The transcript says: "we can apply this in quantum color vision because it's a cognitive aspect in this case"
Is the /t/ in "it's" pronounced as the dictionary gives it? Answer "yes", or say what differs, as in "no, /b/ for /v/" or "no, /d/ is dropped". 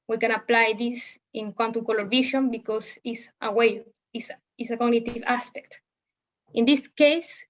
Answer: no, /s/ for /t/